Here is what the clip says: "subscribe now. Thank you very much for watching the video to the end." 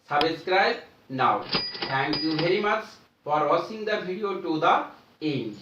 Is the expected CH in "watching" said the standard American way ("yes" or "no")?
no